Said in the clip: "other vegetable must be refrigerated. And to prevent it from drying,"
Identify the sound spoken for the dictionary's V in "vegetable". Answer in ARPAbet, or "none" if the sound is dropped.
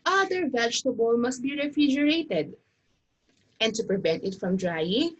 V